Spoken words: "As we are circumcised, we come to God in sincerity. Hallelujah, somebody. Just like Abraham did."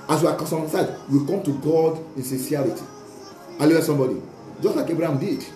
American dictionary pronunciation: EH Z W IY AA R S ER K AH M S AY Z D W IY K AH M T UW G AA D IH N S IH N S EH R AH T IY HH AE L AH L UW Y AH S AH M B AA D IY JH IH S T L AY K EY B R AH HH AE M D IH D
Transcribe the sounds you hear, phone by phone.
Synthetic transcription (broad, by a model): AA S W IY AA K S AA AH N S AY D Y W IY K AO M T UW G AA D IH N S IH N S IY AH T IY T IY AH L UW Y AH S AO M B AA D IY JH IH S T L AY K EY B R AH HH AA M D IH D